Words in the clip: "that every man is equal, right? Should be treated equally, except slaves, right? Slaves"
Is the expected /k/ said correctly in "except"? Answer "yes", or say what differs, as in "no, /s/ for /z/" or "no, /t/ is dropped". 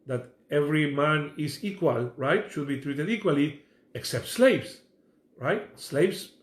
yes